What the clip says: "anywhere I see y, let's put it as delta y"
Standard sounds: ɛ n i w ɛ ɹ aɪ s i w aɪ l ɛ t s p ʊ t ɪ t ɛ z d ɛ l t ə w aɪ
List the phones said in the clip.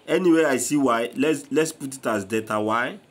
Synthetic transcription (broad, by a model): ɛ n i w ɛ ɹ aɪ s i w aɪ l ɛ t s p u t ɪ t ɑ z d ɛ t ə w aɪ